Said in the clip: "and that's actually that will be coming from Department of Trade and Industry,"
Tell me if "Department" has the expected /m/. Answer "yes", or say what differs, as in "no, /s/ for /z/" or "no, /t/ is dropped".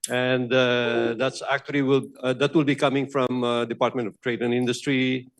yes